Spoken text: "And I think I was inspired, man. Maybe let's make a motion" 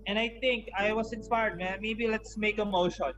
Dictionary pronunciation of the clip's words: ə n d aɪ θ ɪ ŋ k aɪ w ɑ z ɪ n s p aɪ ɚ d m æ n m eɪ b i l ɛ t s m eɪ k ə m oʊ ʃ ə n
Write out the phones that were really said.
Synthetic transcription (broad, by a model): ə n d aɪ t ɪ ŋ k aɪ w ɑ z ɪ n s p aɪ ɚ d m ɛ m eɪ b i l ɛ t s m eɪ k ə m oʊ ʃ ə n